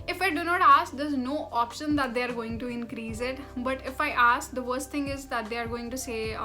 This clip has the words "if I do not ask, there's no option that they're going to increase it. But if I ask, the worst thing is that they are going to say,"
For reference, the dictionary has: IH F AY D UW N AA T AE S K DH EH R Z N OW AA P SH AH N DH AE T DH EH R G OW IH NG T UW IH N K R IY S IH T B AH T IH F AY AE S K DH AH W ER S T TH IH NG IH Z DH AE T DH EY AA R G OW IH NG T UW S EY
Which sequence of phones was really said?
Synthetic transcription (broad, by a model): IH F AY D UW N AA T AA S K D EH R Z N OW AA P SH AH N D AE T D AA R G OW IH NG T UW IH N K R IY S IH T B AH T IH F AY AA S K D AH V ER S T T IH NG IH Z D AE T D EY AA R G OW IH NG T UW S EY